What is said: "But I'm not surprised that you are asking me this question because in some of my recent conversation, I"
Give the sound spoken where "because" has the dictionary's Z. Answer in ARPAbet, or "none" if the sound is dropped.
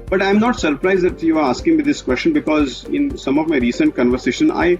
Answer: Z